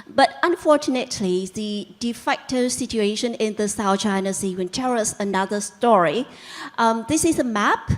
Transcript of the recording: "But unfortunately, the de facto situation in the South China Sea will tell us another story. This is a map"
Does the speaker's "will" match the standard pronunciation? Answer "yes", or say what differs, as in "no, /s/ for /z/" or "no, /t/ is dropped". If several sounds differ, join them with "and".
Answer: no, /n/ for /l/